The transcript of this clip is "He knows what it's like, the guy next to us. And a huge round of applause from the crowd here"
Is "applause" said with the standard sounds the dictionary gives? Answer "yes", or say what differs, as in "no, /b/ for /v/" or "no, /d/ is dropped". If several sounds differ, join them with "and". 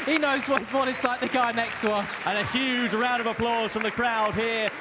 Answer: yes